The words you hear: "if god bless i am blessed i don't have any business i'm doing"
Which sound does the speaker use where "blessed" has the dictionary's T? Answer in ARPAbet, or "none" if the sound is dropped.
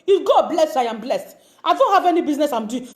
T